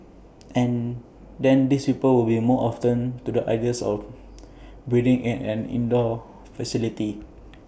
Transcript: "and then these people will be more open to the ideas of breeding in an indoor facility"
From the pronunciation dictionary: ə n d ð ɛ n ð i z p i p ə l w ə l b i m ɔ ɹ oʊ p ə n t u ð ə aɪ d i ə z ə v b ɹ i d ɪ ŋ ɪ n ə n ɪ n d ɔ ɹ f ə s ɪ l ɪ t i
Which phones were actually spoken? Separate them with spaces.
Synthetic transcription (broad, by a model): ə n d ɛ n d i s p i p ə l w ə l b i m ɔ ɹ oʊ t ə n t u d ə aɪ d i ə s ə f b ɹ i d ɪ ŋ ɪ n ə n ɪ n d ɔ f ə s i l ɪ t i